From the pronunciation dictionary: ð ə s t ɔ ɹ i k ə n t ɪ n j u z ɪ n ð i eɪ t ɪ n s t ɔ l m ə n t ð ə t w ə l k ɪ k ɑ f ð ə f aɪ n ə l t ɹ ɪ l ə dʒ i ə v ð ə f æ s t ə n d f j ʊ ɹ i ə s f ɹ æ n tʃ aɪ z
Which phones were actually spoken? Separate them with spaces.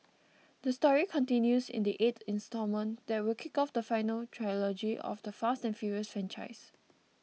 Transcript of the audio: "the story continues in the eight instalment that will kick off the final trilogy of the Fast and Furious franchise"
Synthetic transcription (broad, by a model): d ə s t ɔ ɹ i k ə n t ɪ n j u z ɪ n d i eɪ t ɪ n s t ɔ m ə n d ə t w ə l k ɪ k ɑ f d ə f aɪ n ə l t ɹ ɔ l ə dʒ i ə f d ə f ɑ s t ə n f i ɹ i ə s f ɹ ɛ n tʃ aɪ s